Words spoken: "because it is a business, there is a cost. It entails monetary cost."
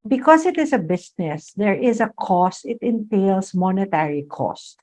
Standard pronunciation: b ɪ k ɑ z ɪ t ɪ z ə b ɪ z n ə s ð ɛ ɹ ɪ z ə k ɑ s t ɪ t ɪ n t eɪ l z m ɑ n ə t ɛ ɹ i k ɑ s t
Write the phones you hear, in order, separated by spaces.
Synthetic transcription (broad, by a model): b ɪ k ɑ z ɪ t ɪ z ə b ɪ s n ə s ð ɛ ɹ ɪ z ə k ɑ s t ɪ t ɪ n t eɪ l s m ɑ n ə t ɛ ɹ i k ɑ s t